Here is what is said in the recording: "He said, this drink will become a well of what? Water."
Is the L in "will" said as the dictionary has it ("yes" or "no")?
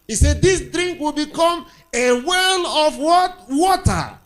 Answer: yes